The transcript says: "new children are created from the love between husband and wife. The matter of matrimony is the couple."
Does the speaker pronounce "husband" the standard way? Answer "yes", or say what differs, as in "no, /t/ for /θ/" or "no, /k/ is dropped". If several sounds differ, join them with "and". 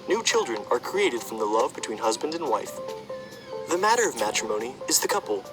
yes